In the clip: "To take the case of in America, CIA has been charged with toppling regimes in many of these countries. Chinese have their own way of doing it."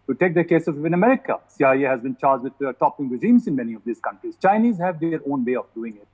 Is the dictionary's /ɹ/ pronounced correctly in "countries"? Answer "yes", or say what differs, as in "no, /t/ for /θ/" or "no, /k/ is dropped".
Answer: yes